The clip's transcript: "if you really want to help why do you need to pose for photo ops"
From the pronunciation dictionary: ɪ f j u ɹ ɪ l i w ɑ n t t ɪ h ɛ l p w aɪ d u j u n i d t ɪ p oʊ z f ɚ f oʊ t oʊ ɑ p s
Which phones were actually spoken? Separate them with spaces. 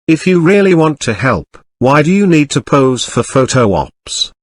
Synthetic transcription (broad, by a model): ɪ f j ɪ ɹ ɪ l i w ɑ n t t ɪ h ɛ l p w aɪ d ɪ j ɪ n i d t ɪ p oʊ z f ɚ f oʊ t oʊ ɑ p s